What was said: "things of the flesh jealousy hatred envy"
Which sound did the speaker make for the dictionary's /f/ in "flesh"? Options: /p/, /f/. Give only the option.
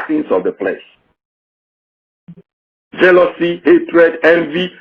/p/